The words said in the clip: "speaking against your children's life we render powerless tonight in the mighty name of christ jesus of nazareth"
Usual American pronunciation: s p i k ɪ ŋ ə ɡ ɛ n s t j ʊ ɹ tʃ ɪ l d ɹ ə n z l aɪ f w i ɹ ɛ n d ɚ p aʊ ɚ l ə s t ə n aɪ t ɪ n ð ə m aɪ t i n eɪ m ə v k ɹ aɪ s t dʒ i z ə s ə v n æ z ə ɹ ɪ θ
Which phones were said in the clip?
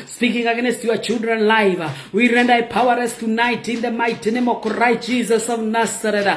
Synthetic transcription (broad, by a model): s p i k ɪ ŋ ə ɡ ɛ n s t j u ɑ tʃ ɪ l d ɹ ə n l aɪ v w i ɹ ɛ n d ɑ p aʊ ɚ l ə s t ə n aɪ t ɪ n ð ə m aɪ t i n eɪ m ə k ɹ aɪ t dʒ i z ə s ə v n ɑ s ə ɹ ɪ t